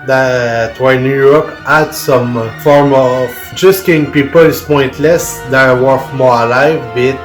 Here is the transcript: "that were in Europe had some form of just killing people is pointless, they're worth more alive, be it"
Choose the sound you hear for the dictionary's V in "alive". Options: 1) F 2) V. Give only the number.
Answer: 2